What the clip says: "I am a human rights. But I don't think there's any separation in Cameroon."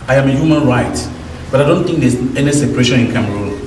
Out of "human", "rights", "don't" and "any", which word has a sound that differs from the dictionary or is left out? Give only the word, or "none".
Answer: rights